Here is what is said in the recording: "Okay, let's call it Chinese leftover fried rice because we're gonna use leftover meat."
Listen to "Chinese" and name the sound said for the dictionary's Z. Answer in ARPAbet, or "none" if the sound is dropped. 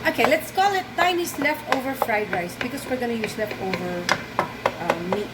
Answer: S